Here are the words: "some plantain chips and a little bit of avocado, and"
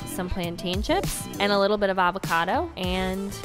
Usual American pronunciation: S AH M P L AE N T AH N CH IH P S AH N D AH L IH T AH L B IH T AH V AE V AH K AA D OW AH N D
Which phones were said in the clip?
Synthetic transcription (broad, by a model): S AH M P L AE N T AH N SH IH P AH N AH L IH T L B IH T AH V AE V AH K AA D OW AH N